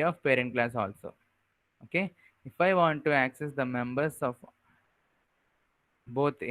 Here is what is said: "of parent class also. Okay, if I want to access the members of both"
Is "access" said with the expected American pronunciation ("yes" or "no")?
yes